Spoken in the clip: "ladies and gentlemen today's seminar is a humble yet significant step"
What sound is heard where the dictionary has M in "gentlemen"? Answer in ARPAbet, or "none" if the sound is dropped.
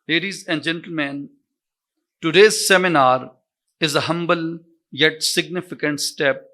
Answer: M